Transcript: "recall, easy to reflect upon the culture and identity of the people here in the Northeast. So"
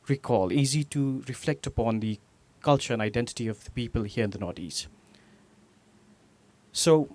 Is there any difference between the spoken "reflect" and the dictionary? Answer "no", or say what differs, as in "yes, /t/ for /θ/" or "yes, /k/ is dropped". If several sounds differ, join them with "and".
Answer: no